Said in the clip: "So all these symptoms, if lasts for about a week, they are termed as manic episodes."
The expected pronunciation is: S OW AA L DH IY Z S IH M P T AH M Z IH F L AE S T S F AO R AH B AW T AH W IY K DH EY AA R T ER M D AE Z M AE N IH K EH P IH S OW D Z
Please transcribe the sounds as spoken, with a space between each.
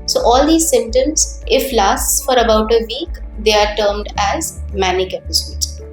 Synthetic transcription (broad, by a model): S OW AA L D IY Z S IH M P T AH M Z IH F L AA S T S F AO R AH B AW T AH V IY K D EY AA R T ER M D AE Z M AE N IH K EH P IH S OW D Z